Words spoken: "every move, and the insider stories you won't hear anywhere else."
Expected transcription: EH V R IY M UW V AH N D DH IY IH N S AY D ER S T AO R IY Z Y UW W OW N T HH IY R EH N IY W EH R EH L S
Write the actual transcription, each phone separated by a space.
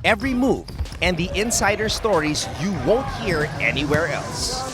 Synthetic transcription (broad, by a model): EH V R IY M UW V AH N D DH IY IH N S AY D ER S T AO R IY Z Y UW W OW N T HH IY R EH N IY W EH R EH L S